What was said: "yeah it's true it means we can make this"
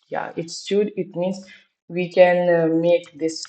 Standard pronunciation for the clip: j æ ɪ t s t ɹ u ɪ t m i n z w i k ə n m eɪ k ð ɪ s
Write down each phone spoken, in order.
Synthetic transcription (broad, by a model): j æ ɪ t s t u ɪ t m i n s w i k ə n m eɪ k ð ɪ s